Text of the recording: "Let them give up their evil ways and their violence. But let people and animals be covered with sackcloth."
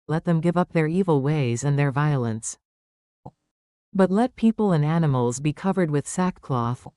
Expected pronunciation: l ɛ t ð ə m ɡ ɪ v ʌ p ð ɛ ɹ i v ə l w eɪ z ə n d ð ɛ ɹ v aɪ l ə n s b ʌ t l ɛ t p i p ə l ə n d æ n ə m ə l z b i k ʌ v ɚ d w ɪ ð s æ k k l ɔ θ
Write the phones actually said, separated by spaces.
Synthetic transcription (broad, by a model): l ɛ t ð ə m ɡ ɪ v ʌ p ð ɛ ɹ i v l w eɪ z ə n ð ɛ ɹ v aɪ l ə n s b ʌ t l ɛ t p i p l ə n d æ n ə m l z b i k ʌ v ɚ d w ɪ ð s æ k k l ɔ θ